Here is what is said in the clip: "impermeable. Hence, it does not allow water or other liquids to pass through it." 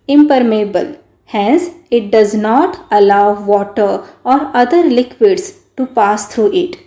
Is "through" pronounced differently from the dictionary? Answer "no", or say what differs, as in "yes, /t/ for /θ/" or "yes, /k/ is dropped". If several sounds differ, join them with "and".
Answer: yes, /t/ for /θ/